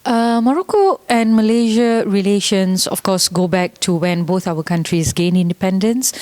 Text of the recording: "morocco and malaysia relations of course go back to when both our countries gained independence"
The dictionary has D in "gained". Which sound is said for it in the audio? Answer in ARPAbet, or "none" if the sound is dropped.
none